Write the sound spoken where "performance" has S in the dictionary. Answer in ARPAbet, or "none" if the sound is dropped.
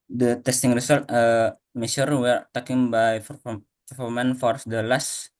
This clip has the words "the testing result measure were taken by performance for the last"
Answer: none